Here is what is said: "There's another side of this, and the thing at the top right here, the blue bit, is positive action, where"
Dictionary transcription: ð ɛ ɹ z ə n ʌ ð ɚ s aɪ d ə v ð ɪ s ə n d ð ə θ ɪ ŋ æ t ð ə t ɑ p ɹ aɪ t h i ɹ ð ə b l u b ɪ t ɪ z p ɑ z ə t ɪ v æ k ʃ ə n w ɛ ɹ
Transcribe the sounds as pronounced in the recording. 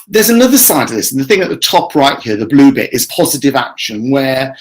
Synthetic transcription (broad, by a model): ð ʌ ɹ z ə n ʌ ð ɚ s aɪ d ə v ð ɪ s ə n ð ə θ ɪ ŋ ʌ t ð ə t ɑ p ɹ aɪ t h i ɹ ð ə b l u b ɪ t ɪ z p ɑ z ə t ɪ v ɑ k ʃ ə n w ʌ